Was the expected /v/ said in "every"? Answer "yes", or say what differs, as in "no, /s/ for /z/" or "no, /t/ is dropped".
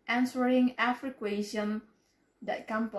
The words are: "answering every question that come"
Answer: no, /f/ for /v/